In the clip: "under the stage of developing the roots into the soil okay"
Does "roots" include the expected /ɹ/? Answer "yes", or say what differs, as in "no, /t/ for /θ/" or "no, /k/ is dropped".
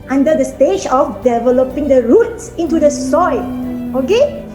yes